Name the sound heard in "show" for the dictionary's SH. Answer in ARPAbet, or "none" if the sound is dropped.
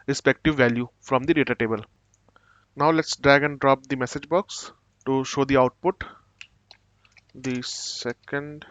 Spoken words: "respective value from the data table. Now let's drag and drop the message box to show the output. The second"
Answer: SH